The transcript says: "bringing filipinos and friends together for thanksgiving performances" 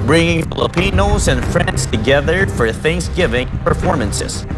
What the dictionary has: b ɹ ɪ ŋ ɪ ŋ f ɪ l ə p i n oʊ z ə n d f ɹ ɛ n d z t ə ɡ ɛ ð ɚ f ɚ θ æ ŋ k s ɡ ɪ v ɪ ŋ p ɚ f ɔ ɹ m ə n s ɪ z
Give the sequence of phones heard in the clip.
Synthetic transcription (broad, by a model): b ɹ ɪ ŋ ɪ ŋ f ɪ l ə p i n oʊ z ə n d f ɹ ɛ n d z t ə ɡ ɛ ð ɚ f ɚ θ æ ŋ k s ɡ ɪ v ɪ ŋ p ɚ f ɔ ɹ m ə n s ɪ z